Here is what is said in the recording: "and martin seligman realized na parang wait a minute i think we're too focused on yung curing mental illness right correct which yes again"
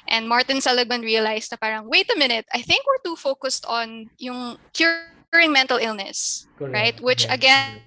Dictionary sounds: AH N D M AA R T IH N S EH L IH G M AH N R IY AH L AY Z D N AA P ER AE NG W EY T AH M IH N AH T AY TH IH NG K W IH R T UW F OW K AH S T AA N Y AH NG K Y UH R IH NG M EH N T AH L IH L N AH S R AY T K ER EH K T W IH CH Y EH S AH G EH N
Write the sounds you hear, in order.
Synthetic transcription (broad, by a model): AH N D M AA R T IH N S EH L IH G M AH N R IY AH L AY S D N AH P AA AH NG W EY T AH M IH N AH T AY TH IH NG K W IH R T UW F OW K AH S T AA N Y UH NG K Y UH R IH NG M EH N T AH L IH L N AH S R AY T T W IH CH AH G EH N